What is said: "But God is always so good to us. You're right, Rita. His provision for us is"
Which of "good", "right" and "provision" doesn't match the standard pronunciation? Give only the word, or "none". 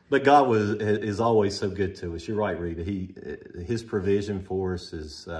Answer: none